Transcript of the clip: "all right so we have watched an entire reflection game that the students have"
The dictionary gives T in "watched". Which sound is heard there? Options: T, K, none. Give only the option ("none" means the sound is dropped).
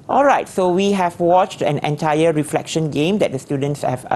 T